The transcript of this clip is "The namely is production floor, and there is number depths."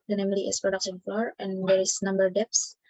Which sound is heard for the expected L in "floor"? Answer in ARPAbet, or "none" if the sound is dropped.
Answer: none